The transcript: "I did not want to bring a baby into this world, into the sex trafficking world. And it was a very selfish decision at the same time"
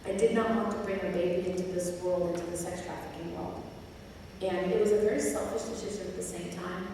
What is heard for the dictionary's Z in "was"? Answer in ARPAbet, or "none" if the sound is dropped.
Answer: Z